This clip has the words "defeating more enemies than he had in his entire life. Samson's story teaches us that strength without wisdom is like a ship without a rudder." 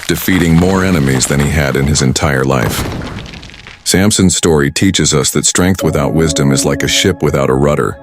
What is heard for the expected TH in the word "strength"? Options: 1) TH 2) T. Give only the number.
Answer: 1